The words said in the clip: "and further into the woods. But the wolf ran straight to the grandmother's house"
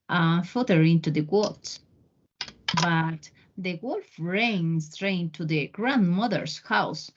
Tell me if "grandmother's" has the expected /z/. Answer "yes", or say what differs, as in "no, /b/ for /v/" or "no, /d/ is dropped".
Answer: no, /s/ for /z/